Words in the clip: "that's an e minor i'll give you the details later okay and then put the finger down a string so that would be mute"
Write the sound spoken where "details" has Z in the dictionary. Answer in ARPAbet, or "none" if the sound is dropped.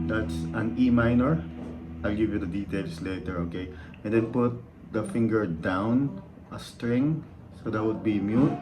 S